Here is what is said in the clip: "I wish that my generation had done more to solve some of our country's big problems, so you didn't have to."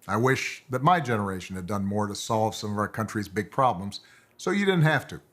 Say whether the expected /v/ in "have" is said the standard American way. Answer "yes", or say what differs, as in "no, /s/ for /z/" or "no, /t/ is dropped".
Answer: no, /f/ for /v/